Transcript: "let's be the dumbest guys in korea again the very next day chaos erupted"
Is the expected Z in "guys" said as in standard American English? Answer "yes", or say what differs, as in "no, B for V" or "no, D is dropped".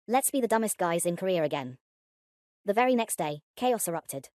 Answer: yes